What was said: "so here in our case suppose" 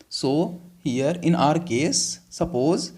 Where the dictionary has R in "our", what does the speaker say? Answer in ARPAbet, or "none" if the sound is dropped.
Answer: R